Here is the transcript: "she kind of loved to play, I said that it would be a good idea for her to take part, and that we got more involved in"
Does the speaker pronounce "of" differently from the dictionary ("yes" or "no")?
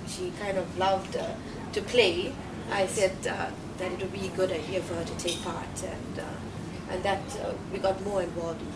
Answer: no